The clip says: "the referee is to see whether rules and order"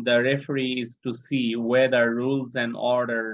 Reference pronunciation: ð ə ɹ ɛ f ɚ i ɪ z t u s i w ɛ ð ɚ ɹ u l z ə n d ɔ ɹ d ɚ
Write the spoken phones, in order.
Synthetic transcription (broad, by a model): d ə ɹ ɛ f ɚ i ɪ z t u s i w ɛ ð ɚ ɹ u l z ə n d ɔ ɹ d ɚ